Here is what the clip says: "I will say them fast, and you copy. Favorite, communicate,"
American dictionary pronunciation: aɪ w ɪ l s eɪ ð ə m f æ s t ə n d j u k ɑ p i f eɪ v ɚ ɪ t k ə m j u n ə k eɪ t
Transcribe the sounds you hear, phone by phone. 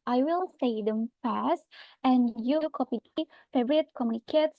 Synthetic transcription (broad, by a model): aɪ w ɪ l s eɪ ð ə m f æ s t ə n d j u k ɑ p i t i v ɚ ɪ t k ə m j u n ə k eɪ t